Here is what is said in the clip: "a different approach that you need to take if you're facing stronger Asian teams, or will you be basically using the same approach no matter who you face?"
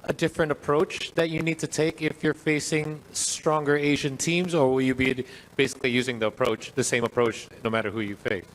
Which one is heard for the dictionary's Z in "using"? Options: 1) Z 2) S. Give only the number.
1